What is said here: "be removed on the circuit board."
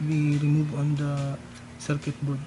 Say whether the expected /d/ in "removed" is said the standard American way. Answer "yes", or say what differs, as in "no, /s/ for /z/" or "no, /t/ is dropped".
no, /d/ is dropped